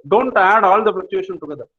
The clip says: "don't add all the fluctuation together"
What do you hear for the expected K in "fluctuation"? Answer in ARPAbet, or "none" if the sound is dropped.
none